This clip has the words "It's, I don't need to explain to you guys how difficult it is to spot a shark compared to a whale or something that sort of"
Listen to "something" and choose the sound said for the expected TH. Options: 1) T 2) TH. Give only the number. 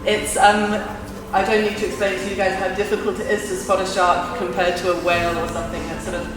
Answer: 2